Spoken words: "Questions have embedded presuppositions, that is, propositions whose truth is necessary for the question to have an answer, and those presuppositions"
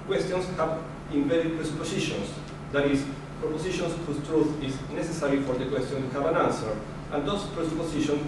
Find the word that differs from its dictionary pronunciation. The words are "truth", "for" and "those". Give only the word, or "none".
those